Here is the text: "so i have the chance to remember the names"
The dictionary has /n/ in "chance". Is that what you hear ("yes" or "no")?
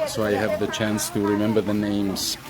yes